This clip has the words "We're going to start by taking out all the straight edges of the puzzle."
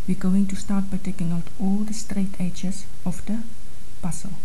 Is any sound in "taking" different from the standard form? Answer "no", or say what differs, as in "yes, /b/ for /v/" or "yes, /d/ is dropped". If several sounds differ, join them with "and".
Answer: no